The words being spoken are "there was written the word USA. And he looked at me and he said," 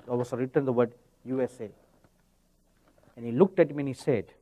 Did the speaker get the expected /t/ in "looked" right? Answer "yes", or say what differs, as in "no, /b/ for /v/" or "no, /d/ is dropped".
yes